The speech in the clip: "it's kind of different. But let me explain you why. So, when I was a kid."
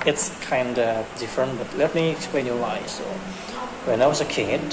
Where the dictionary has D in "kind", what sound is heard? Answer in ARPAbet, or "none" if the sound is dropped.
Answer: D